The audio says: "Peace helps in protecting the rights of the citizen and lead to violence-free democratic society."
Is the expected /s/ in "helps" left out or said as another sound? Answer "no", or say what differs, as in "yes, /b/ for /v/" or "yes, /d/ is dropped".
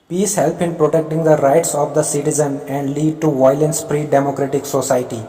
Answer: yes, /s/ is dropped